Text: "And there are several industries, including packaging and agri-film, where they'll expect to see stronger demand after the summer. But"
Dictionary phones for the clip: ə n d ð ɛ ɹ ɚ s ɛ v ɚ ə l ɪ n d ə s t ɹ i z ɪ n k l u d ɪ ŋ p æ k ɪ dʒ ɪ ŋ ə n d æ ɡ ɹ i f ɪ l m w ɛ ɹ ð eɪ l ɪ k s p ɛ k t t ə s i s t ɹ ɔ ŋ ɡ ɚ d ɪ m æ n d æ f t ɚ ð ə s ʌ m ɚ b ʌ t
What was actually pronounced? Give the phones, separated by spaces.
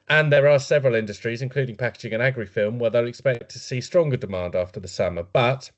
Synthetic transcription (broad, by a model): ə n ð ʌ ɹ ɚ s ɛ v ɚ ə l ɪ n d ə s t ɹ i z ɪ n k l u d ɪ ŋ p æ k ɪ dʒ ɪ ŋ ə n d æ ɡ ɹ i f ɪ l m w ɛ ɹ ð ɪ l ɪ k s p ɛ k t t ə s i s t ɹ ɔ ŋ ɡ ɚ d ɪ m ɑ n d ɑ f t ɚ ð ə s ʌ m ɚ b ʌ t